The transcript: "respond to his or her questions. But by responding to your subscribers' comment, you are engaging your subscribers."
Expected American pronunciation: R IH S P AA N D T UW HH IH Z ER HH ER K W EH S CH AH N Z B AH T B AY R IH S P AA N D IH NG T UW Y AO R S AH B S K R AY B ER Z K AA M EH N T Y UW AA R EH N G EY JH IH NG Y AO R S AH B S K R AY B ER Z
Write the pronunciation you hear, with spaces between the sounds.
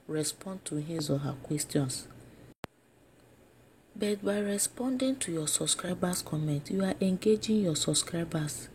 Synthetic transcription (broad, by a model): R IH S P AA N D T UW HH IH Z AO HH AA K W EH S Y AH N S B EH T B AY R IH S P AA N D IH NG T UW Y AO S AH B S K R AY B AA S K AA M EH N T Y UW AA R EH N G EY JH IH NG Y AO S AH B S K R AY B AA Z